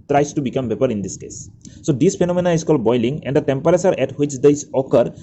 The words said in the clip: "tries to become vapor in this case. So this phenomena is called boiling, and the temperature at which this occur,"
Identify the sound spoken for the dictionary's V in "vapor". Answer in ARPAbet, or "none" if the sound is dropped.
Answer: B